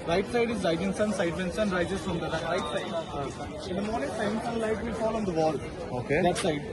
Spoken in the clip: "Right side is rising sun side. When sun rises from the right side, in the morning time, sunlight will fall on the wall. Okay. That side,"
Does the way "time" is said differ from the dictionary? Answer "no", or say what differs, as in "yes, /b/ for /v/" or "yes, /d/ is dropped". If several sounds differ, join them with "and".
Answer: yes, /s/ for /t/